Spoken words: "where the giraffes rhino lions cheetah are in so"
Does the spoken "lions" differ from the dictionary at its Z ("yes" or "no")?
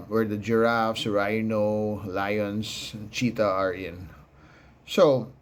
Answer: yes